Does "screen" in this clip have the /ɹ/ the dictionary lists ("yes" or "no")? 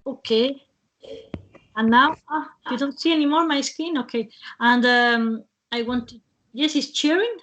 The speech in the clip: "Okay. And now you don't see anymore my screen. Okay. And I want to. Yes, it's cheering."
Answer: no